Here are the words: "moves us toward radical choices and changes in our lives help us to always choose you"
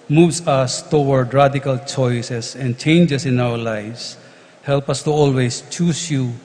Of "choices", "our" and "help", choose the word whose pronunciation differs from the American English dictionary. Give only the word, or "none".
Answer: choices